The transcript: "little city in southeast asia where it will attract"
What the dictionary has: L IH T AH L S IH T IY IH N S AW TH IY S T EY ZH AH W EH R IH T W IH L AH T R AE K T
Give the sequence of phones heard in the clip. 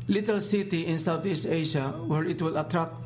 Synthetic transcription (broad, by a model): L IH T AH L S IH T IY IH N S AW T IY S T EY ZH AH W EH R IH T W IH L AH T R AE K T